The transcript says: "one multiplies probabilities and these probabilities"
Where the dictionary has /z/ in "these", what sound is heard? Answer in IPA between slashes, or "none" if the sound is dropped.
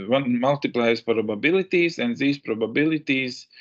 /s/